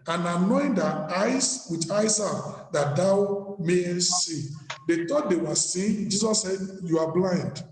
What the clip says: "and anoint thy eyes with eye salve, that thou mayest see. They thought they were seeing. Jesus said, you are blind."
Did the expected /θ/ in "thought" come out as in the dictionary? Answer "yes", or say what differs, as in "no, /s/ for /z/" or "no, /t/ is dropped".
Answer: no, /t/ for /θ/